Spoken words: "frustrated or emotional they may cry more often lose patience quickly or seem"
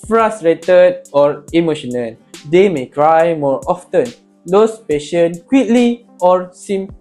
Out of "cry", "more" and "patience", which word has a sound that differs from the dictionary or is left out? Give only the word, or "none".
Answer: patience